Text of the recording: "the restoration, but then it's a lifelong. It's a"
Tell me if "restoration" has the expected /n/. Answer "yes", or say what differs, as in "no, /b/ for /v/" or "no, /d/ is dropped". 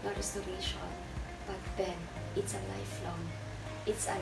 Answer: no, /l/ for /n/